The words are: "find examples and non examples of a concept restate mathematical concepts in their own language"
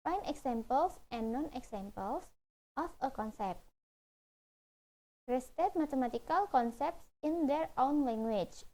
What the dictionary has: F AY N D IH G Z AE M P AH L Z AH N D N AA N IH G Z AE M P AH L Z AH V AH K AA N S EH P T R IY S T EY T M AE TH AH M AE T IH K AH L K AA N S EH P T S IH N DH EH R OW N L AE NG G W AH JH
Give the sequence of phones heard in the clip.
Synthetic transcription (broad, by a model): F AY N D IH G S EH M P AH L S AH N N AA N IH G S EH M P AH L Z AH F AH K AA N S EH P T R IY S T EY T M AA T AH M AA T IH K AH L K AA N S EH P T S IH N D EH R OW N L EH NG G W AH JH